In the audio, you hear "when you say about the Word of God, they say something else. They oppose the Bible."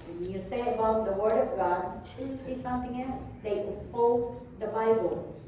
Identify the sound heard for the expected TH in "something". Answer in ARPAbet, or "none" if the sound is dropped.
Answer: TH